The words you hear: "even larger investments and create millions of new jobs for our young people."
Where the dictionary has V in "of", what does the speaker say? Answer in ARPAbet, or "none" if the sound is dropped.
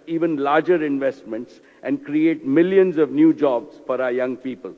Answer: V